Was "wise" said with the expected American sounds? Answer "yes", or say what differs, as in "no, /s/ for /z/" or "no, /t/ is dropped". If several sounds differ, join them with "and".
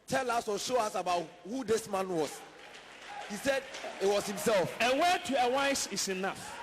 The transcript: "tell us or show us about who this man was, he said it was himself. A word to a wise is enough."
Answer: no, /s/ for /z/